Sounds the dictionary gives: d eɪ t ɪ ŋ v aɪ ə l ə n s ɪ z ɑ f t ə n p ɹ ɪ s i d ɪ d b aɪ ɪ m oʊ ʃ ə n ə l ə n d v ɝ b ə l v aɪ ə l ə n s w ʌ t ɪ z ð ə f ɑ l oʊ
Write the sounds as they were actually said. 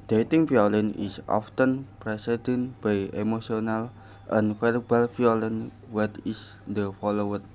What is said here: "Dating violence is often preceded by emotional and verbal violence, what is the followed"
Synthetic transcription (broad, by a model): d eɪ t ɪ ŋ f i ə l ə n ɪ s ɑ f t ə n p ɹ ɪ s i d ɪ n b aɪ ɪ m oʊ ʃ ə n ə l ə n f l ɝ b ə l f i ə l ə n w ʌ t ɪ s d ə f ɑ l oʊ